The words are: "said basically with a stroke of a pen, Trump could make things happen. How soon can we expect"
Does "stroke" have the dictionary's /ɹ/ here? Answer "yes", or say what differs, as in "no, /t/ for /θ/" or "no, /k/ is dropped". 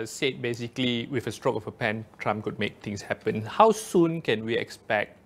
yes